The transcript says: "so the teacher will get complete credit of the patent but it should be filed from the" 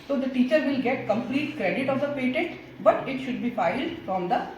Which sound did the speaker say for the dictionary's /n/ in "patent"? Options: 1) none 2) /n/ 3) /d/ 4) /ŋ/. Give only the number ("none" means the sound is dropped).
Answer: 1